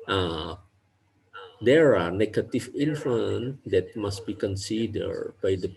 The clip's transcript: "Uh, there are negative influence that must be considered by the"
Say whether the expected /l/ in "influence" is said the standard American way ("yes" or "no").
no